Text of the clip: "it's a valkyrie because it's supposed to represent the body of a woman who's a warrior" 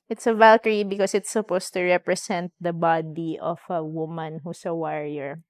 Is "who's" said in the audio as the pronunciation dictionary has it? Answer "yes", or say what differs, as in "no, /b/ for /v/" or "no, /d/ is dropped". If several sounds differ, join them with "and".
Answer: no, /s/ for /z/